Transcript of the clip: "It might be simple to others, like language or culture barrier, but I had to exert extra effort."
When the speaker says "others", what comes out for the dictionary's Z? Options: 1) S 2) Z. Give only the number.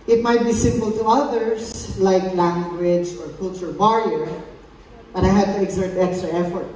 1